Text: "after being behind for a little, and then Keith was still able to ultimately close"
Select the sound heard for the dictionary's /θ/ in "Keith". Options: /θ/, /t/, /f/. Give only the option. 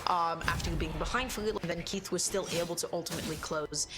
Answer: /θ/